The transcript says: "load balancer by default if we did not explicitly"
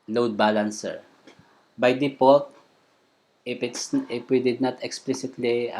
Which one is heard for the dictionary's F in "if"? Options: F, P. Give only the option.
P